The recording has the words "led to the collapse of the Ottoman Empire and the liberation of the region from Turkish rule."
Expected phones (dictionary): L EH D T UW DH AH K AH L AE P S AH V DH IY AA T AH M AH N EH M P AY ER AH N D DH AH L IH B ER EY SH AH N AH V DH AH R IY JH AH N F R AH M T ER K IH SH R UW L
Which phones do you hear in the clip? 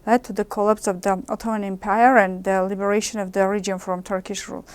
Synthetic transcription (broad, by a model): L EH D T UW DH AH K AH L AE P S AH V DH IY AA T AH M AH N EH M P AY ER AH N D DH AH L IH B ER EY SH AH N AH V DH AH R IY JH AH N F R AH M T ER K IH SH R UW L